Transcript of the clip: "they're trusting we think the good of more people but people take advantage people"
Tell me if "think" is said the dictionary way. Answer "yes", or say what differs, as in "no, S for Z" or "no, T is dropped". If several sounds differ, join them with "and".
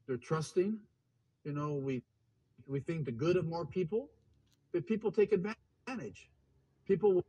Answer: yes